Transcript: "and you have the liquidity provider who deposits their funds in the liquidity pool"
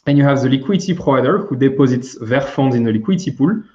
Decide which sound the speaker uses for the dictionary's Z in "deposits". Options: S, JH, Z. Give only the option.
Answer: Z